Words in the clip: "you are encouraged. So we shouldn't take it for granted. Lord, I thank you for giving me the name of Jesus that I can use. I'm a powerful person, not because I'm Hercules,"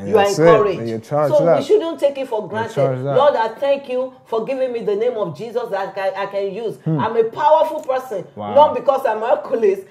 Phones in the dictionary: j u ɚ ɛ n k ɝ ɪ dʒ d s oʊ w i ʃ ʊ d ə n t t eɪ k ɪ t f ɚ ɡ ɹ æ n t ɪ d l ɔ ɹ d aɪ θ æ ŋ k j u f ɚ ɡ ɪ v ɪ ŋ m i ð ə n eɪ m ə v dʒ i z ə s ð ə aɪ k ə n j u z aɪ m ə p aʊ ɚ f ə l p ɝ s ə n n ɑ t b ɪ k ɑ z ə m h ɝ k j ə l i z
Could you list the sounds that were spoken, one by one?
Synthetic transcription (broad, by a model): j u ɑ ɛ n k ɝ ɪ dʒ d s oʊ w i ʃ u d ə n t t eɪ k ɪ t f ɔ ɡ ɹ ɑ n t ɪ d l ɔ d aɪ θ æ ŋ k j u f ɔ ɡ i v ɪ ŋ m i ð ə n eɪ m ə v dʒ i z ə s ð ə aɪ k ə n j u z aɪ m ə p aʊ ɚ f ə l p ɝ s ə n n ɑ t b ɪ k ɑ s ə m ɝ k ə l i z